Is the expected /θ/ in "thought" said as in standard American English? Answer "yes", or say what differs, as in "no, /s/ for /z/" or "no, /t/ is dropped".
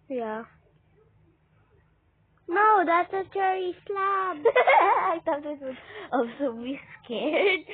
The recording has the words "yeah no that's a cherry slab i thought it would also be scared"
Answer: no, /t/ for /θ/